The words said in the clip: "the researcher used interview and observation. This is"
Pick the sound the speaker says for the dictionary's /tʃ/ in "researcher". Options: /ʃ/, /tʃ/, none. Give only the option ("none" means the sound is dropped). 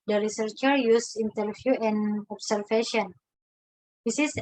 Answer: /tʃ/